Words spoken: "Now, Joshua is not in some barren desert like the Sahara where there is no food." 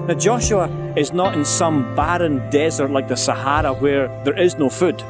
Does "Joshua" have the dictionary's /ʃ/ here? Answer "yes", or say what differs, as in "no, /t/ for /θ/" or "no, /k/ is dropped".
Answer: yes